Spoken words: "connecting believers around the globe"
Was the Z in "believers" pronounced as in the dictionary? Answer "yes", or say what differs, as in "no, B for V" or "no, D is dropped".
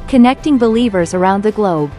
yes